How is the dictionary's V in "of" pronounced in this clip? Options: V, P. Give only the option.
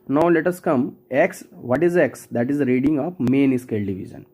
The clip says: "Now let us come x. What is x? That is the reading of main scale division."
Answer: P